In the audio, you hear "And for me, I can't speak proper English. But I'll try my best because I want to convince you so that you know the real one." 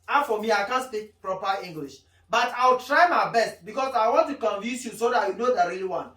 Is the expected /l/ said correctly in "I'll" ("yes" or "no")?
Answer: no